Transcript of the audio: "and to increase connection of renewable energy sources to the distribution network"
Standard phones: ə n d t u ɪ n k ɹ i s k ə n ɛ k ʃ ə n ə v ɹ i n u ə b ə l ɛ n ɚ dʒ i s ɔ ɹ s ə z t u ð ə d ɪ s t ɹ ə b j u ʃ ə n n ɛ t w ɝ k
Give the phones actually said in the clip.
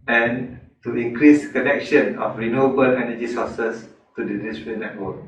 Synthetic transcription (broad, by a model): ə n t u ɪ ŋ k ɹ i s k ə n ɛ k ʃ ə n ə f ɹ i n u ə b ə l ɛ n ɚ dʒ i s ɔ s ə s t u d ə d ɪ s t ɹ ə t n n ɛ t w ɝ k